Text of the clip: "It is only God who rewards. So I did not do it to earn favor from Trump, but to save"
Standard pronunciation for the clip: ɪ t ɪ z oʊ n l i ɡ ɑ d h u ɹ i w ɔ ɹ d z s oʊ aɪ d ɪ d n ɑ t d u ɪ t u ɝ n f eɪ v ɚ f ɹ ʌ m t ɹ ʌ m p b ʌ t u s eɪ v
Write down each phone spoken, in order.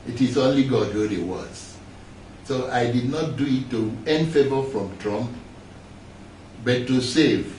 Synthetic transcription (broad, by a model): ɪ t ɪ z oʊ n l i ɡ ɑ d h u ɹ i w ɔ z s oʊ aɪ d ɪ d n ɑ t d u ɪ t u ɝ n f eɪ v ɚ f ɹ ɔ m t ɹ ʌ m p b ʌ t u s eɪ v